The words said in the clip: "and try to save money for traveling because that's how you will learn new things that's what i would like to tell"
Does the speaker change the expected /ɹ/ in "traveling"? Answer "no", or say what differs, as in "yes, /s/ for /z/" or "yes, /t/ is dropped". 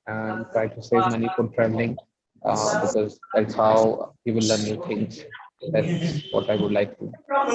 no